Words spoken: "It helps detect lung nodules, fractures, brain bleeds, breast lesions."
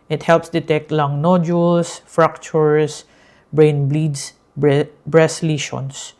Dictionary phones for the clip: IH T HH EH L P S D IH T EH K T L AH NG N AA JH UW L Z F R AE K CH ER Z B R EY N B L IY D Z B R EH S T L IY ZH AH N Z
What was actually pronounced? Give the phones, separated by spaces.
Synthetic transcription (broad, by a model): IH T HH EH L P S D IH T EH K T L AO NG N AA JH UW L S F R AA K CH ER S B R EY N B L IY D S B R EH S L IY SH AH N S